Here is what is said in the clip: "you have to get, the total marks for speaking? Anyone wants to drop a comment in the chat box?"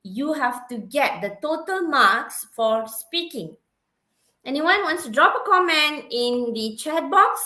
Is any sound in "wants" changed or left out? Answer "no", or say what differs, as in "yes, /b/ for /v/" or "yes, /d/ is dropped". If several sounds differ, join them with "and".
no